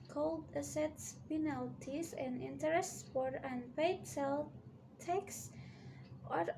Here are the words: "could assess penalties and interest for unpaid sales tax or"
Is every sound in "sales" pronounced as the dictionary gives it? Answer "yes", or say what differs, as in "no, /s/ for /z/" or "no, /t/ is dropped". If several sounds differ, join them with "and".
no, /z/ is dropped